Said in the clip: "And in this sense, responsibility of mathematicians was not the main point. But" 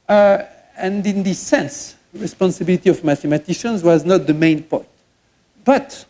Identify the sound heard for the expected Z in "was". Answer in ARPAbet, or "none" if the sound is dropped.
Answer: Z